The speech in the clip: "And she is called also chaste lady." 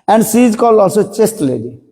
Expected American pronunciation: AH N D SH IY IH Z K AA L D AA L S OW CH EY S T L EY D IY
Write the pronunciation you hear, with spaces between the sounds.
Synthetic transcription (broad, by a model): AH N D S IY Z K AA L AA L S OW CH EY S T L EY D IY